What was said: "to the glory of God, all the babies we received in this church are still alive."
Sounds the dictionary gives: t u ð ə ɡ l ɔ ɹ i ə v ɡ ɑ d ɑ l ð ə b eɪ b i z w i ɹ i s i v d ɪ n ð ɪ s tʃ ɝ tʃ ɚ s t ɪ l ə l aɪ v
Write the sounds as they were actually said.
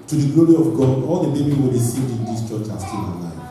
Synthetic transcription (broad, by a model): t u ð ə ɡ l ɔ ɹ i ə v ɡ ɑ d ɑ l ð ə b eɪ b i w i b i s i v d ɪ n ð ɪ s tʃ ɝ tʃ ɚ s t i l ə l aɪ